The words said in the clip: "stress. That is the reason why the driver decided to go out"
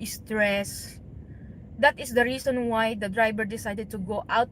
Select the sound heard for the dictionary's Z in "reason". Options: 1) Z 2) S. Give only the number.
2